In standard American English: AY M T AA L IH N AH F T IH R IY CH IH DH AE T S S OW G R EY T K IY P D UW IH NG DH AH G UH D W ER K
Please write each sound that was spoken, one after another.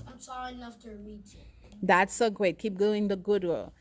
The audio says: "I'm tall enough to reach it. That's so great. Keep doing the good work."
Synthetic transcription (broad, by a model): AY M S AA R IH N AH F T IH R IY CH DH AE T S S OW G R EY T K IY P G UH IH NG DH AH G UH D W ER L